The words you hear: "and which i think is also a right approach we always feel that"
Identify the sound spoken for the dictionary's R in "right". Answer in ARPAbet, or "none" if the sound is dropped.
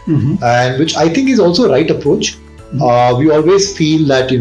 R